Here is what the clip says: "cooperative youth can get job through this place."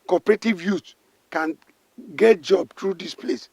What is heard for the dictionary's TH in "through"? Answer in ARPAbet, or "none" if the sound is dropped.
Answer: T